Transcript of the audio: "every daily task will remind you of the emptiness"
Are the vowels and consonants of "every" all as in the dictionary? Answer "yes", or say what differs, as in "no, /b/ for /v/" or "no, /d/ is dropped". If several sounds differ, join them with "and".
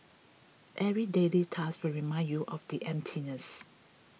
no, /v/ is dropped